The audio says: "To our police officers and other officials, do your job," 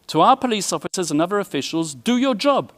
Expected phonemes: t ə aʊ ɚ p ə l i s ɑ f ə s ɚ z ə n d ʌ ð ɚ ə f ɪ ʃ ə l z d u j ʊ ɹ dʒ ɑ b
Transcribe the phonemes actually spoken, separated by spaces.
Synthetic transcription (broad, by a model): t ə aʊ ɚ p ə l i s ɑ f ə s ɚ z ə n ʌ ð ɚ ə f ɪ ʃ ə l z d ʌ j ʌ dʒ ɑ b